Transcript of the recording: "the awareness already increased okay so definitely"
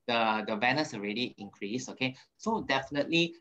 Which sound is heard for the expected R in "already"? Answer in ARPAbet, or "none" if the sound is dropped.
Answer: R